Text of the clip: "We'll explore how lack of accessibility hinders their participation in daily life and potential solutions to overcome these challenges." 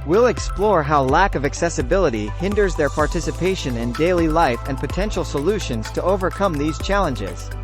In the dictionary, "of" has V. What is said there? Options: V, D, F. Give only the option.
V